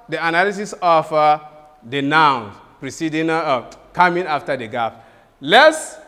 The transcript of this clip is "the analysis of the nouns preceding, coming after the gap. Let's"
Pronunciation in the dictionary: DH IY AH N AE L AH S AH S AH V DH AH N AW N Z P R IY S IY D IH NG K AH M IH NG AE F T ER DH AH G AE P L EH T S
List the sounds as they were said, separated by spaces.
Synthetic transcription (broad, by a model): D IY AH N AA L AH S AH S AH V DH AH N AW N P R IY S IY D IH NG K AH M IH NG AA F T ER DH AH G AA F L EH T S